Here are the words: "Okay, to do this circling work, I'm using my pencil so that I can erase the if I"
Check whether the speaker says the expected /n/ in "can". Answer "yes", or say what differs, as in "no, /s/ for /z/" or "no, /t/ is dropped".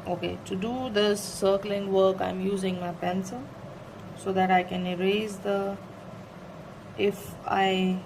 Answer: yes